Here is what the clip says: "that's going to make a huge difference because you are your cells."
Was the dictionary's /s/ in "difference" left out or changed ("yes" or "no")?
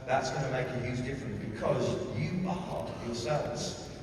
yes